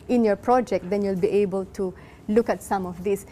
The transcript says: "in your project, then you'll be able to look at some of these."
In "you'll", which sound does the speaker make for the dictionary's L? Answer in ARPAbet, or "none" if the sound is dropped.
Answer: L